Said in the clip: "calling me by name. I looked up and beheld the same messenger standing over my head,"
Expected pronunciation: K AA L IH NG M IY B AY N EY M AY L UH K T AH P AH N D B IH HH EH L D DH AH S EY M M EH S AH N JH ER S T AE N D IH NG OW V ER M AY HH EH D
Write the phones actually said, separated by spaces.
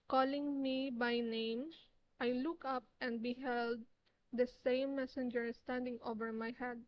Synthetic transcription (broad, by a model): K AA L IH NG M IY B AY N EY M AY L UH K AH P AH N D B IH HH EH L D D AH S EY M M EH S AH N JH ER S T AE N D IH NG OW V ER M AY HH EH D